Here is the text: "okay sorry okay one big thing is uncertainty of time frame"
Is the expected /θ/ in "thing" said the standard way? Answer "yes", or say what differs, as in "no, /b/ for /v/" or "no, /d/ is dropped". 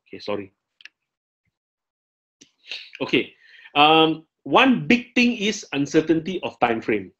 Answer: no, /t/ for /θ/